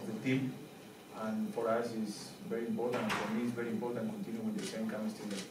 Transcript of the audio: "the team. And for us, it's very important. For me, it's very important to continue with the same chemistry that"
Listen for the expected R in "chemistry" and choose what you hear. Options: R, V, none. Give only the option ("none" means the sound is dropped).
none